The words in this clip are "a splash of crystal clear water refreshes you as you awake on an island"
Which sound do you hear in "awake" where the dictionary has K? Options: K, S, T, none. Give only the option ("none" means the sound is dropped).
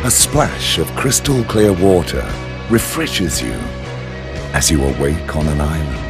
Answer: K